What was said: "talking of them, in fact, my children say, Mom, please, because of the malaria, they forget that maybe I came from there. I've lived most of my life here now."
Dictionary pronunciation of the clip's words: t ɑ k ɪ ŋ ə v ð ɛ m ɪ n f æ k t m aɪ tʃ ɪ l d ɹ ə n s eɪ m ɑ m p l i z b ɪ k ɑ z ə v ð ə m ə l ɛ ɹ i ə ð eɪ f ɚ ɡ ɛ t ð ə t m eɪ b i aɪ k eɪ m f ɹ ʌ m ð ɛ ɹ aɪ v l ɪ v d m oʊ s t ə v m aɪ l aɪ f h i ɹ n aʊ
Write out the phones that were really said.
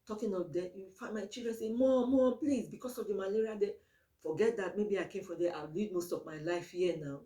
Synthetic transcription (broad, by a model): t ɑ k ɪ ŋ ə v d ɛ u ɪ f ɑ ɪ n m aɪ tʃ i l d ɹ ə n s eɪ m ɑ m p l i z b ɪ k ɑ s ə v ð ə m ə l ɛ ɹ i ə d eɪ f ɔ ɡ ɛ t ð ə t m eɪ b i aɪ k eɪ m f ɹ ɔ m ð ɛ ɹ aɪ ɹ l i d m oʊ s t ə v m aɪ l aɪ f h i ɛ n aʊ